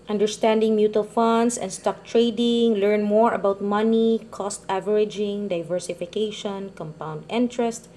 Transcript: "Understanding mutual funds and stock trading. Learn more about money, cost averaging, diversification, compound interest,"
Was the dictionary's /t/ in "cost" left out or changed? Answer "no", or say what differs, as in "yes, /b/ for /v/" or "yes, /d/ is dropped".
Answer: no